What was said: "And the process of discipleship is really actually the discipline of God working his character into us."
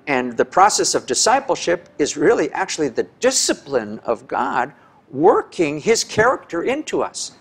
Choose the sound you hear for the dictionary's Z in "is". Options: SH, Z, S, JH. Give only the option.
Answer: Z